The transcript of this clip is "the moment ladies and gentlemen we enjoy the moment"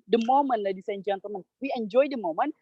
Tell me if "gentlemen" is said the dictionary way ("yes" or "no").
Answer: no